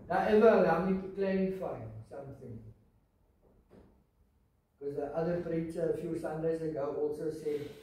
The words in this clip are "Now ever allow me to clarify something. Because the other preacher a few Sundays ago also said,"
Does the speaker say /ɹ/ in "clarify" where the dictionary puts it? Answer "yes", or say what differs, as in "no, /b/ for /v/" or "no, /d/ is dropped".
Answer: no, /ɹ/ is dropped